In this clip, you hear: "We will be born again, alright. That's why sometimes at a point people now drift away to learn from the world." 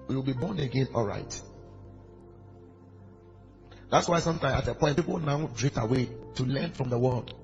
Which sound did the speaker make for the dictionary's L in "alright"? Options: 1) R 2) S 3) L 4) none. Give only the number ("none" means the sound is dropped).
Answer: 3